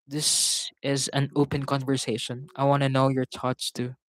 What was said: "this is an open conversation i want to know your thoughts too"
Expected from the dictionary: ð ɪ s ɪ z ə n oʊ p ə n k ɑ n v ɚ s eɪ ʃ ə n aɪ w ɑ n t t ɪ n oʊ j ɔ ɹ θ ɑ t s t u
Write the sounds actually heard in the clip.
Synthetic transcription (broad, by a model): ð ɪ s ɪ z ə n oʊ p ə n k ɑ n v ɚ s eɪ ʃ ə n aɪ w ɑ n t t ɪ n oʊ j ɔ ɹ t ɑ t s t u